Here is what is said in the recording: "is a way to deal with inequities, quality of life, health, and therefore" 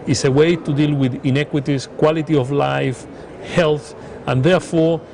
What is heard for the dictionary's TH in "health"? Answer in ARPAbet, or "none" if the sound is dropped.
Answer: TH